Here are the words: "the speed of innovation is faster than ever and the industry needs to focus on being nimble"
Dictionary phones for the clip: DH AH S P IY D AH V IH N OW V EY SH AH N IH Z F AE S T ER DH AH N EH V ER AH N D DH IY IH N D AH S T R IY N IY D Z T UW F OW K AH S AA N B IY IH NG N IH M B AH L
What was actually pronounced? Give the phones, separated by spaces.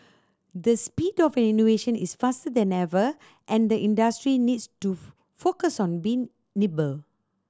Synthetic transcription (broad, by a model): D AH S P IY D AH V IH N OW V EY SH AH N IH S F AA S T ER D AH N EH V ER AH N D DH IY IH N D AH S T R IY N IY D S T UW F OW K AH S AA N B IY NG N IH B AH L